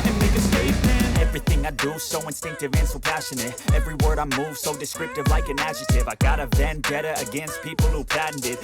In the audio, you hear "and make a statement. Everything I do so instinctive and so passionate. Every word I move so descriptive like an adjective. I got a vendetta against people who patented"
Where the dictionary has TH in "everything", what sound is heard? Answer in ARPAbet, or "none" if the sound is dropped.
TH